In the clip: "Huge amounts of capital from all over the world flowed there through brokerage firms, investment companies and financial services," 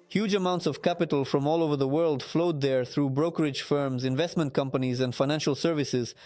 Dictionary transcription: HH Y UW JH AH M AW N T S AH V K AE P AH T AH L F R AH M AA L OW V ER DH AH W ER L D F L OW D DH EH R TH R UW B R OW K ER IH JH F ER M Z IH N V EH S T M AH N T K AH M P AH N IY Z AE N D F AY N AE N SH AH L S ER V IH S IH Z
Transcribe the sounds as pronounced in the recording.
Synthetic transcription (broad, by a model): HH Y UW JH AH M AW N T S AH V K AE P AH T AH L F R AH M AA L OW V ER DH AH W ER L D F L OW D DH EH R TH R UW B R OW K ER IH JH F ER M Z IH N V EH S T M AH N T K AH M P AH N IY Z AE N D F AY N AE N SH AH L S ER V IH S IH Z